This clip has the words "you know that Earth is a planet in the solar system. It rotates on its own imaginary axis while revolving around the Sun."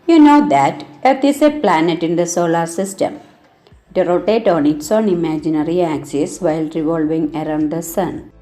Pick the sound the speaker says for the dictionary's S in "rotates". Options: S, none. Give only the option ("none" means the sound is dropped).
none